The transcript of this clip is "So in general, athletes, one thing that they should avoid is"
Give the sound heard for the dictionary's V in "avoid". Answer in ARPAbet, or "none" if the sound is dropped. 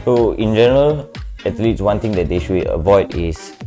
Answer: V